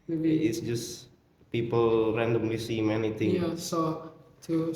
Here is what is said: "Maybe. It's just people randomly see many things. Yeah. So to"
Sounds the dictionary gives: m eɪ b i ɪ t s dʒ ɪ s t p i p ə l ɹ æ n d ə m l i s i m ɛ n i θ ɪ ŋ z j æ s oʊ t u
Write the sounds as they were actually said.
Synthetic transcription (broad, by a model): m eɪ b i ɪ t s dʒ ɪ s p i p ə l ɹ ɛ n d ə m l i s i m ɛ n i t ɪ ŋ j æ s oʊ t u